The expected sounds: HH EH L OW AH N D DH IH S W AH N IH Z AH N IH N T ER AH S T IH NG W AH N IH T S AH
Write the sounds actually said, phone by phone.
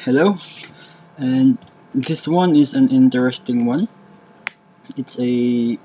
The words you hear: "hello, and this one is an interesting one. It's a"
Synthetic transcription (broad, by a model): HH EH L OW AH N DH IH S W AH N IH Z AH N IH N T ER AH S T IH NG W AH N IH T S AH